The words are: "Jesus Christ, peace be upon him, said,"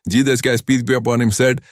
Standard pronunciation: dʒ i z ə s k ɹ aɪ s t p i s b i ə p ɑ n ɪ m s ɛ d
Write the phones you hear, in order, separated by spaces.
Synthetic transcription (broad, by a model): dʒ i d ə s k aɪ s p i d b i ə p ɑ n ɪ m s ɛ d